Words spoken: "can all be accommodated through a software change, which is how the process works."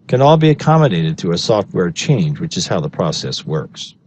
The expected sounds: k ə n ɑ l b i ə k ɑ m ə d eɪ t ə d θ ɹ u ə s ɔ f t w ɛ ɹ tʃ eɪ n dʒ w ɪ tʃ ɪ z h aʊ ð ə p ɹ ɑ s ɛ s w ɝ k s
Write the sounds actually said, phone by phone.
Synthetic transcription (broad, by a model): k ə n ɑ l b i ə k ɑ m ə d eɪ t ə d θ u ə s ɔ f t w ɛ ɹ tʃ eɪ n dʒ w ɪ tʃ ɪ z h aʊ ð ə p ɹ ɑ s ɛ s w ɝ k s